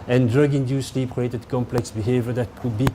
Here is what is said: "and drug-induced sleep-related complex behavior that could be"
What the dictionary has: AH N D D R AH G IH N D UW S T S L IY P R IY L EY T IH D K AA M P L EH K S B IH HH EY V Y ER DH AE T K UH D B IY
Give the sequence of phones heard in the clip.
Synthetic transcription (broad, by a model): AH N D D R AH G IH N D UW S S L IY P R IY EY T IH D K AA M P L EH K S B IH HH EY V Y ER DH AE T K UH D B IY